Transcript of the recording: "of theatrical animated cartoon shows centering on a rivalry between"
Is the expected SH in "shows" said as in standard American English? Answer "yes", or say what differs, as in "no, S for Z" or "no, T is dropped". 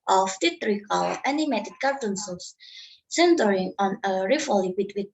no, S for SH